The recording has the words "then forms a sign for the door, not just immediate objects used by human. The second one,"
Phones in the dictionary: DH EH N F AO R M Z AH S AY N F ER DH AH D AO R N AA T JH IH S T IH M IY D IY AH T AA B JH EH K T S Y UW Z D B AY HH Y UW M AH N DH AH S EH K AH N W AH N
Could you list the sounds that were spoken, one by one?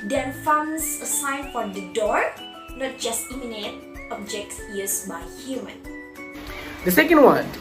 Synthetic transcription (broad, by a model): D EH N F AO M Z AH S AY N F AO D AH D AO R N AA T JH IH S T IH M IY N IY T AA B JH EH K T Y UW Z B AY HH Y UW M AH N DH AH S EH K AH N W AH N